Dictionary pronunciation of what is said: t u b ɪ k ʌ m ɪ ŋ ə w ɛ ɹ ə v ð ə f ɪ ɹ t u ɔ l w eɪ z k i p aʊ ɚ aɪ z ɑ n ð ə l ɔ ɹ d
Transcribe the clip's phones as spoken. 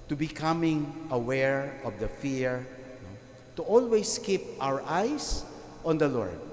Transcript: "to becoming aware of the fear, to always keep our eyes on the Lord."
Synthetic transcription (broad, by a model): t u b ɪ k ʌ m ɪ ŋ ə w ɛ ɹ ə v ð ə f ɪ ɹ t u ɔ l w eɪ s k i p aʊ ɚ aɪ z ɑ n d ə l ɔ ɹ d